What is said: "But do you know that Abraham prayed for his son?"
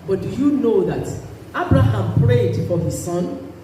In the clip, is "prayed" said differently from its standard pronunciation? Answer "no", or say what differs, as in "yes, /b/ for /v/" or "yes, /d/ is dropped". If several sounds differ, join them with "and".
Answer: no